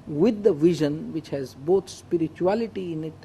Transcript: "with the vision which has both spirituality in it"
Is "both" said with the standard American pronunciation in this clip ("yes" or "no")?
no